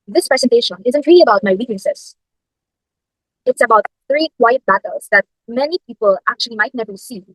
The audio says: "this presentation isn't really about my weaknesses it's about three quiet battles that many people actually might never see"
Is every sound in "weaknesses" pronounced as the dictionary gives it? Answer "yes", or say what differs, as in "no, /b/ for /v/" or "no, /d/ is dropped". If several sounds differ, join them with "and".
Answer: no, /n/ is dropped and /s/ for /z/